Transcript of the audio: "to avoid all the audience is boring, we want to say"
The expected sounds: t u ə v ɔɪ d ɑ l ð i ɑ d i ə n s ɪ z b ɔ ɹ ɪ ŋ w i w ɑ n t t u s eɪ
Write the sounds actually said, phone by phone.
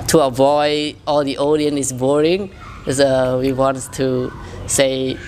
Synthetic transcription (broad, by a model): t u ə v ɔɪ d ɑ l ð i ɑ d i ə n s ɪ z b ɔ ɹ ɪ ŋ w i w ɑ n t t u s eɪ